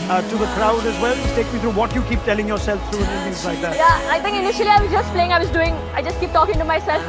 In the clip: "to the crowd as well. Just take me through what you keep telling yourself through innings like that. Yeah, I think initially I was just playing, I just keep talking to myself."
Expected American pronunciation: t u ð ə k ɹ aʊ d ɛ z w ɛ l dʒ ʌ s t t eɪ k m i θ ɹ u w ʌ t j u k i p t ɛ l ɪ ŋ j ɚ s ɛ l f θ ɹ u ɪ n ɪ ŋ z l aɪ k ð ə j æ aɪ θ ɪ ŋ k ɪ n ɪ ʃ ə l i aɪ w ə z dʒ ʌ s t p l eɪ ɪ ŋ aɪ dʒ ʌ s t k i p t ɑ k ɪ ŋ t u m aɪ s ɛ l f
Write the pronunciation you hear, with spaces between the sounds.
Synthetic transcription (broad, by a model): t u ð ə k ɹ aʊ d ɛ z w ɛ l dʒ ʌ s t t eɪ k m i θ ɹ u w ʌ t j u k i p t ɛ l ɪ ŋ j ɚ s ɛ l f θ ɹ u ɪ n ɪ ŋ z l aɪ k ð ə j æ aɪ t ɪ ŋ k ɪ n ɪ ʃ ə l i aɪ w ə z dʒ ʌ s t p l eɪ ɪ ŋ aɪ dʒ ʌ s t k i p t ɑ k ɪ ŋ t u m aɪ s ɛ l f